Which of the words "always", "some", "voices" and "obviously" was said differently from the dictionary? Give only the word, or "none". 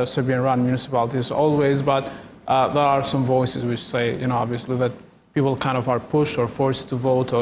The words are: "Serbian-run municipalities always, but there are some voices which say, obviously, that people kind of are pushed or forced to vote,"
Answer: none